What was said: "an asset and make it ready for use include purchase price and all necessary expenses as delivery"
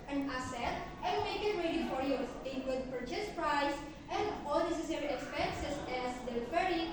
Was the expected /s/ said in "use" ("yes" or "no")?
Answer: no